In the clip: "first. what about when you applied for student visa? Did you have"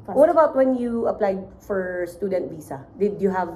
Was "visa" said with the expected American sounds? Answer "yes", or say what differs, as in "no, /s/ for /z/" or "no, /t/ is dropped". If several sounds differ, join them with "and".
no, /s/ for /z/